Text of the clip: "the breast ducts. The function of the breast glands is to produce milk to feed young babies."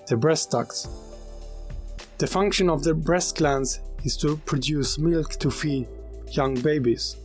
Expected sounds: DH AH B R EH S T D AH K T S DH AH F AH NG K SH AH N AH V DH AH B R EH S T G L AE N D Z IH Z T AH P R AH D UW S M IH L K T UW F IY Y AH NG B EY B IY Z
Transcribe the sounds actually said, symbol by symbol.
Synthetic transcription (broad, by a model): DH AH B R EH S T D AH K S DH AH F AH NG K SH AH N AH V DH AH B R EH S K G L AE N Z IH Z T AH P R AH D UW S M IH L K T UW F IY Y AH NG B EY B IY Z